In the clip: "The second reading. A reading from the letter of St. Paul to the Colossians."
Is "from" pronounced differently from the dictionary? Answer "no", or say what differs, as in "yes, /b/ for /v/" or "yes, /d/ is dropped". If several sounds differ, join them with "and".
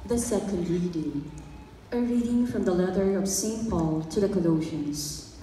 no